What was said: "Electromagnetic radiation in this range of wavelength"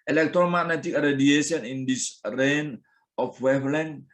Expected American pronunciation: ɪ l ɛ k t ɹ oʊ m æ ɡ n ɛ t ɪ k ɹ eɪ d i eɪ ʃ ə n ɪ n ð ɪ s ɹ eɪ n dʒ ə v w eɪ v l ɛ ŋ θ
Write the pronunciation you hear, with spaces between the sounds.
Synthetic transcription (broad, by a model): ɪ l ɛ k t ɹ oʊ m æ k n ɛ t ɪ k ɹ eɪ d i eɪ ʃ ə n ɪ n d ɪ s ɹ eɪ n ə f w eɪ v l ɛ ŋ